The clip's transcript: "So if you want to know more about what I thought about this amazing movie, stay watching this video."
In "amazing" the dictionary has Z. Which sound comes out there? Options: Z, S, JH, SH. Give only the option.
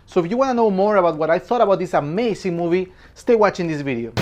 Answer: S